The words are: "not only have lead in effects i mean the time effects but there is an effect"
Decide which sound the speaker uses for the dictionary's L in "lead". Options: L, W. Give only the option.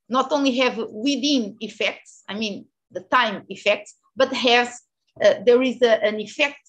W